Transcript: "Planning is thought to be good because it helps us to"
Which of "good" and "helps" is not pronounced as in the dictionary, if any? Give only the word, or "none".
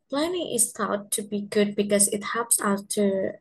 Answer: helps